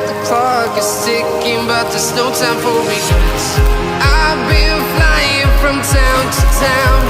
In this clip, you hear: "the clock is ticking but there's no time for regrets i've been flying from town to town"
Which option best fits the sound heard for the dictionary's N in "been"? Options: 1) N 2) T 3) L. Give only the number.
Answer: 3